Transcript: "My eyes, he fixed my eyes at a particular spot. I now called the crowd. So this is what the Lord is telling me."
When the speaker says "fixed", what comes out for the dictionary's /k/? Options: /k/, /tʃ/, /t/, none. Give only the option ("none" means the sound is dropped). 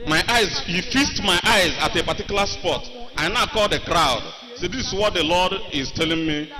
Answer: none